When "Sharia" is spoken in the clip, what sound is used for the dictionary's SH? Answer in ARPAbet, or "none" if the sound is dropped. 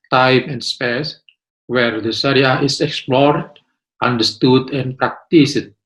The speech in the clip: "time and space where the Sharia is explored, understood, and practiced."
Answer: S